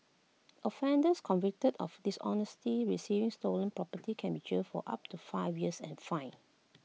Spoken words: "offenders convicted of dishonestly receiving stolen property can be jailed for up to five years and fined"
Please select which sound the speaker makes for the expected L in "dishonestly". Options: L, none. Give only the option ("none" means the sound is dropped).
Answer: none